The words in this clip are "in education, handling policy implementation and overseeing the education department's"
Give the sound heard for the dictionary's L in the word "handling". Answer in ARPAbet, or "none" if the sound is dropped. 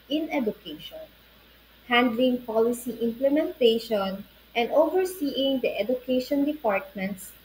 L